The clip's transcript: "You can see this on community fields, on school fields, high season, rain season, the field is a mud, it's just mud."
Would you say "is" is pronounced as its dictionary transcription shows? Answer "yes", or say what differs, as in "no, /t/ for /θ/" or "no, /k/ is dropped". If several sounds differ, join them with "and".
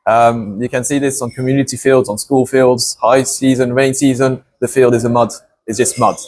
yes